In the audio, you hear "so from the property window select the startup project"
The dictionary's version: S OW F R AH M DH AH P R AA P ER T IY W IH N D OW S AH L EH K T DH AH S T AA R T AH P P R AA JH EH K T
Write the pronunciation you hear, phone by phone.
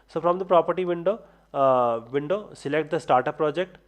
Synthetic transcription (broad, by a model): S OW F R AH M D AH P R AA P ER T IY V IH N D OW S AH L EH K T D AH S T AA R T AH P P R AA JH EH K T